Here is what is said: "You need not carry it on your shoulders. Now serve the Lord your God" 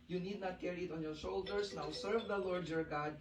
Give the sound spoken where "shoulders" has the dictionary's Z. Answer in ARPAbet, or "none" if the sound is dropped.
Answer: S